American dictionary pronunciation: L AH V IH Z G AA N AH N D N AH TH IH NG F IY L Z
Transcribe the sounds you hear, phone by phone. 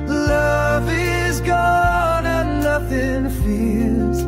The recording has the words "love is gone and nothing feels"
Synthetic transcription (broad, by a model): L AH V IH Z G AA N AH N N AH TH IH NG F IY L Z